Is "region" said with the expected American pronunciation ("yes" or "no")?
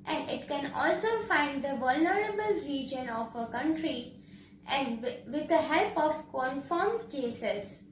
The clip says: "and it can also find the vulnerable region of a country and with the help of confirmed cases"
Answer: yes